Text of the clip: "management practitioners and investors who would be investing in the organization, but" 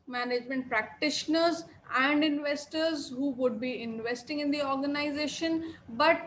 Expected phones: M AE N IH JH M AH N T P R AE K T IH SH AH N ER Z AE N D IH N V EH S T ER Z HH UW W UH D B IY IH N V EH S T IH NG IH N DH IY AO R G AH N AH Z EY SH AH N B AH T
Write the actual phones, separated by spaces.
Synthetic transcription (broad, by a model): M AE N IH JH M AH N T P R AE K T IH SH AH N ER Z AE N D IH N V EH S T ER Z HH UW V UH D B IY IH N V EH S T IH NG IH N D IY AO R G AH N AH Z EY SH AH N B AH T